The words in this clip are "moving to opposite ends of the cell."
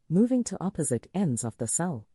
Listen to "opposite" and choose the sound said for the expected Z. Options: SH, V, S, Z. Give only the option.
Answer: Z